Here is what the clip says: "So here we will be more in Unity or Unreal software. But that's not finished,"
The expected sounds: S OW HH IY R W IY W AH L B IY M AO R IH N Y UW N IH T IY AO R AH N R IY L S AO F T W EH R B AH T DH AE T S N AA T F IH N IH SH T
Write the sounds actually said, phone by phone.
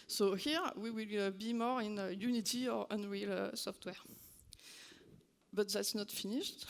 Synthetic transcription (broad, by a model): S OW HH IY R W IY W AH L B IY M AO R IH N Y UW N IH T IY AO R AH N R IY L S AO F T W EH R B AH T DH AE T S N AA T F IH N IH SH T